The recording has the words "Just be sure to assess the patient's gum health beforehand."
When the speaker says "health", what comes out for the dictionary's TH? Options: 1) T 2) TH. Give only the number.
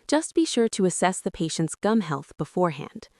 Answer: 2